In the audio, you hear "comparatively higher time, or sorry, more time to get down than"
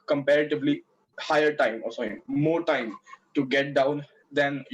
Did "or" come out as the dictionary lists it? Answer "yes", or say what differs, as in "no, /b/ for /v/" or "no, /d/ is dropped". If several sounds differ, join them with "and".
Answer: no, /l/ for /ɹ/